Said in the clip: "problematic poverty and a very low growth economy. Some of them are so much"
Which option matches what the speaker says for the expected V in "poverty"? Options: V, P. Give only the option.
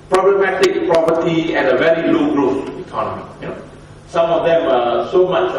P